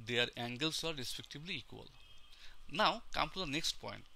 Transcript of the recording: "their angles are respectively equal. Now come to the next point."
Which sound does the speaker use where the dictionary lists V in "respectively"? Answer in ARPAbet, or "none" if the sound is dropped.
B